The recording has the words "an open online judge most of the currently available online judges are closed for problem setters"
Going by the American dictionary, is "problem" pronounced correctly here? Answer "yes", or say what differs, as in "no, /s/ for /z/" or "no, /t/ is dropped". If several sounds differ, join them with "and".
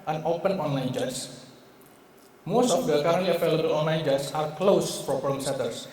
no, /ɹ/ is dropped